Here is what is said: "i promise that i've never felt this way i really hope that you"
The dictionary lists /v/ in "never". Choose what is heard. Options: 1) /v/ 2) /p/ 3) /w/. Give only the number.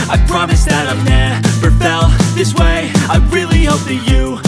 2